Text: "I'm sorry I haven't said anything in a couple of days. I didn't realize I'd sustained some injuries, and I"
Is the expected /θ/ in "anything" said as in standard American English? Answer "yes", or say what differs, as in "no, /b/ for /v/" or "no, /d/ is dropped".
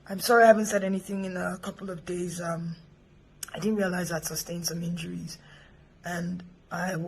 yes